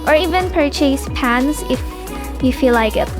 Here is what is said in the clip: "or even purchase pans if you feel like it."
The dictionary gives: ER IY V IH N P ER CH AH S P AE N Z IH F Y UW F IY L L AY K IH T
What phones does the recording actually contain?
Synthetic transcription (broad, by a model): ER IY V IH N P ER CH AH S P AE N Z IH F Y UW F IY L L AY K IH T